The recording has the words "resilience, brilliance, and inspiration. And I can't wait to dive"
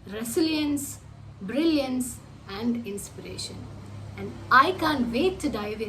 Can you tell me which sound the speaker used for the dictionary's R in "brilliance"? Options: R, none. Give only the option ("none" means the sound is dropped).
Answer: R